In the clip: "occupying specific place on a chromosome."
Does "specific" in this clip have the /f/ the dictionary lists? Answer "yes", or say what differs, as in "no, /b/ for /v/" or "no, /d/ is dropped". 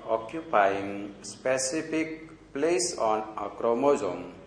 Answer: no, /p/ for /f/